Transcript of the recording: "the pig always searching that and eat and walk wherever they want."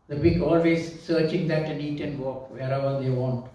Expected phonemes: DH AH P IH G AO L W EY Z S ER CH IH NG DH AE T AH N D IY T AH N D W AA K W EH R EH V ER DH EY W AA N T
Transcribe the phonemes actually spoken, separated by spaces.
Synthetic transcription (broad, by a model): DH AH B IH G AO L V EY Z S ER CH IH NG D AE T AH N IY T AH N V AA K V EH R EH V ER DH EY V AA N T